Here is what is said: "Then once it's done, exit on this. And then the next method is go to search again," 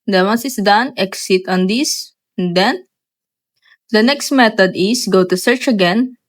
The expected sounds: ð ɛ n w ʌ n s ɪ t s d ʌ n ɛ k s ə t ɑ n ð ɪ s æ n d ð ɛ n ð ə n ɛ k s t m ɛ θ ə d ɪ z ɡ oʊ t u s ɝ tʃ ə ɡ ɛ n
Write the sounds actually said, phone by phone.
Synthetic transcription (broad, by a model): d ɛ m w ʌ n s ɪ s d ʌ n ɛ k s ə t ɑ n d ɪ s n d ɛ n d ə n ɛ k s t m ɛ t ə d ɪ s ɡ oʊ t u s ɝ tʃ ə ɡ ɛ n